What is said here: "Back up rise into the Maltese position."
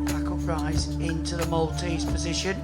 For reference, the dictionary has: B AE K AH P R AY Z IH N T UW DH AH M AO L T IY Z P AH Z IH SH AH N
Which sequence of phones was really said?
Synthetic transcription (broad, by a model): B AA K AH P R AY Z IH N T UW DH AH M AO L T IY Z P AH Z IH SH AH N